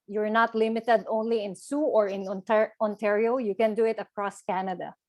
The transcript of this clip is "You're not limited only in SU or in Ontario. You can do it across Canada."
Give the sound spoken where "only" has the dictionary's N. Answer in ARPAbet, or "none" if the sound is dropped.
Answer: N